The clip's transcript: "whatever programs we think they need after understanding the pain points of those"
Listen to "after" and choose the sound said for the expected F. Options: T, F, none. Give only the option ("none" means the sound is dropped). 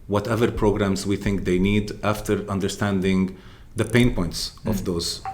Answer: F